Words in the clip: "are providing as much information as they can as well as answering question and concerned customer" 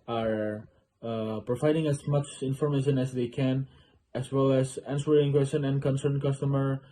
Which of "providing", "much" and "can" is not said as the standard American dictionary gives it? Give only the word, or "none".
none